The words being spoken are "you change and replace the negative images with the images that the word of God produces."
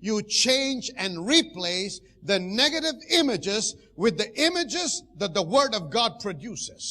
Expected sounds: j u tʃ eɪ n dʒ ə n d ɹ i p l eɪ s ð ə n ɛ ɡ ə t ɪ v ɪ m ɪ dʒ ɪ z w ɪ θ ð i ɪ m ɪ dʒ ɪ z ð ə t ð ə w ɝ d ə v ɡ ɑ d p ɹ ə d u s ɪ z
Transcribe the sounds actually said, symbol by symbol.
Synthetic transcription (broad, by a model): j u tʃ eɪ n dʒ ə n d ɹ i p l eɪ s ð ə n ɛ ɡ ə t ɪ v ɪ m ɪ dʒ ɪ z w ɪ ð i ɪ m ɪ dʒ ɪ z ð ə t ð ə w ɝ d ə v ɡ ɑ d p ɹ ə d u s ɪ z